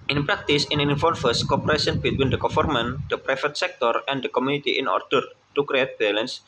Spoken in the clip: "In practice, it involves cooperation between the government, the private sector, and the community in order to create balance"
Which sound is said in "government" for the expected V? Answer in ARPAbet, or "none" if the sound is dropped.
F